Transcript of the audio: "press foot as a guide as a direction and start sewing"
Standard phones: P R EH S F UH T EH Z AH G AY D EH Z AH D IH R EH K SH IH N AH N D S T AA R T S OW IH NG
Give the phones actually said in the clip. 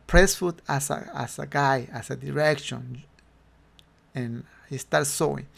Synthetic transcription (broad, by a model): P R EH S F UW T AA S AH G AY AA S AH D IH R EH K SH IH N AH N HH S T AA R T S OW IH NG